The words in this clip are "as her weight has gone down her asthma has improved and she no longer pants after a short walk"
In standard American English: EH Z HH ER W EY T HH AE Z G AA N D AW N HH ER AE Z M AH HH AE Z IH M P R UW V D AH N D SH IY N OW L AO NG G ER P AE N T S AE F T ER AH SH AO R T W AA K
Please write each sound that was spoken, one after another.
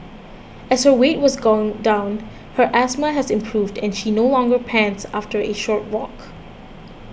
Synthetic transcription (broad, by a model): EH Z HH ER W EY T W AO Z G AA N D AW N HH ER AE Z M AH HH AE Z IH M P R UW V D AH N SH IY N OW L AO NG G ER P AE N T S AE F T ER AH SH AO R T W AA K